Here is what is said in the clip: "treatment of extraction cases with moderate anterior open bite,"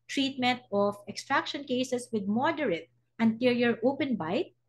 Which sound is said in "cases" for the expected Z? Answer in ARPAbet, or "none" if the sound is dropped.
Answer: S